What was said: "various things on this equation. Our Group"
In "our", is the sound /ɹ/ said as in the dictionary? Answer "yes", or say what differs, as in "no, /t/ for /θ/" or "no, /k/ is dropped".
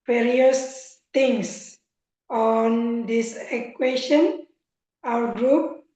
no, /w/ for /ɹ/